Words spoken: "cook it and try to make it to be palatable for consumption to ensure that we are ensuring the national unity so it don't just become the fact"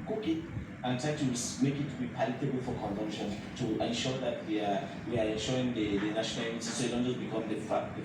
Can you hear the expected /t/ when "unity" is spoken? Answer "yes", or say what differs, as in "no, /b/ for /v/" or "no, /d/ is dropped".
no, /s/ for /t/